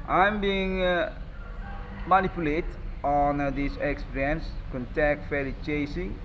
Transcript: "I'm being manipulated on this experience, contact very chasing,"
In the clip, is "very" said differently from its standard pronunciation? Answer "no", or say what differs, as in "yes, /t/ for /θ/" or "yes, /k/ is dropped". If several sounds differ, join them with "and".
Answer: yes, /f/ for /v/